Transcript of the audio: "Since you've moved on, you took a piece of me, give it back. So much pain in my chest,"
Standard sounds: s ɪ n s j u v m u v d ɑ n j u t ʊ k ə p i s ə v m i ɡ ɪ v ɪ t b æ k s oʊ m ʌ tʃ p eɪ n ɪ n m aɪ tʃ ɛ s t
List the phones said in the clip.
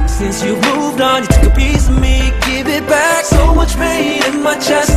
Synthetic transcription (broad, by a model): s ɪ n s j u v m u v d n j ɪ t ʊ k ə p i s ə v m i ɡ ɪ v ɪ t b æ k s oʊ m ʌ tʃ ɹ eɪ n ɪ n m aɪ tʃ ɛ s